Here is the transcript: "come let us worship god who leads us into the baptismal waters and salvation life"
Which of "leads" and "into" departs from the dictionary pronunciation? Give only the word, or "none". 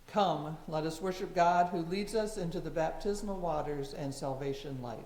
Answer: none